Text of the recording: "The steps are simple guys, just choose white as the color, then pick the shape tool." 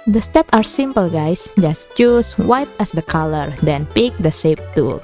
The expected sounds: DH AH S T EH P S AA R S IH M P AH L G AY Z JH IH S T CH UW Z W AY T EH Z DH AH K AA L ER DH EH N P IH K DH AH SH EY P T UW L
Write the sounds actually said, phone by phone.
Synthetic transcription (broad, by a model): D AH S T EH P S AA R S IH M P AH L G AY S JH IH S T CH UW S W AY T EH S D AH K AA L ER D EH N P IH K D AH S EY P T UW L